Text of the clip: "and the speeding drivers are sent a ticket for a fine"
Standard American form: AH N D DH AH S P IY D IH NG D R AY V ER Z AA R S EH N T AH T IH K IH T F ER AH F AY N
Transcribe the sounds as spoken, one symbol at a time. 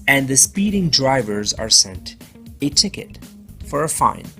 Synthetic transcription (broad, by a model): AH N DH AH S P IY D IH NG D R AY V ER Z AA R S EH N T AH T IH K IH T F ER AH F AY N